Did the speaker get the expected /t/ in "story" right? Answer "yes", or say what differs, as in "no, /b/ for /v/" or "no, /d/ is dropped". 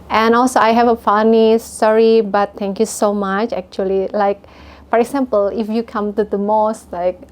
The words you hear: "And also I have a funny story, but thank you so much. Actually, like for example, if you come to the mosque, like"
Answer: no, /s/ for /t/